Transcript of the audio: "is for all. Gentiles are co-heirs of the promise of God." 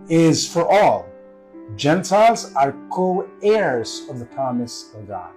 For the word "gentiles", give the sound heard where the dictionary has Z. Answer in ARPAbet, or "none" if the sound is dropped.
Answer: Z